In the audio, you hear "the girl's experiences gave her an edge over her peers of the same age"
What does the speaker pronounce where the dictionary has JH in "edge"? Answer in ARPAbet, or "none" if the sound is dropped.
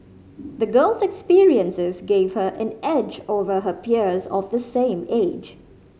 JH